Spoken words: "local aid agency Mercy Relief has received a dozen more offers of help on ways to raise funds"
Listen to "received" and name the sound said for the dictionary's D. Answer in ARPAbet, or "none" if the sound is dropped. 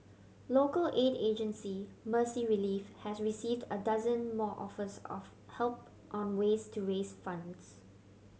D